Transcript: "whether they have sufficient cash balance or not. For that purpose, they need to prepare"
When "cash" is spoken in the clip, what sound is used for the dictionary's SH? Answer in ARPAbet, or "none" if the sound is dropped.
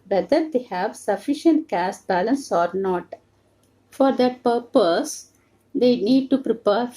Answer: S